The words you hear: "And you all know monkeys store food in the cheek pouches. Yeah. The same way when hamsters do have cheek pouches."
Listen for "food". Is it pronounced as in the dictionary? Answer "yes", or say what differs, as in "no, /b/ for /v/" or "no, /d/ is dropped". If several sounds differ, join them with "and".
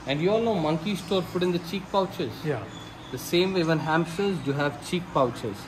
no, /p/ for /f/